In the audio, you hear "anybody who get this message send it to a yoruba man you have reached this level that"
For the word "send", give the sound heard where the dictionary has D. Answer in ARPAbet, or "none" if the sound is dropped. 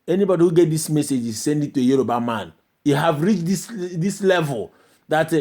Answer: D